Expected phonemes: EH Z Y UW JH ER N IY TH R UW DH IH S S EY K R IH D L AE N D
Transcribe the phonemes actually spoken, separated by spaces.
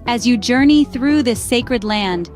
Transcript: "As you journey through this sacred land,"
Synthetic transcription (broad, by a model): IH Z Y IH JH ER N IY TH R UW DH IH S S EY K R IH D L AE N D